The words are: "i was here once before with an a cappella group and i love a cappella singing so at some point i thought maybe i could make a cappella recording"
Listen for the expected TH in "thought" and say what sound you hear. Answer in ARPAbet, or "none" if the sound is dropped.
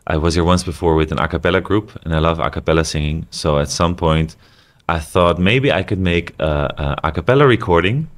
TH